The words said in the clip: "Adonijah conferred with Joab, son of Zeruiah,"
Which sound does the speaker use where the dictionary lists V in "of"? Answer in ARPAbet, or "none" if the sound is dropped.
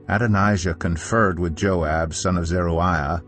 V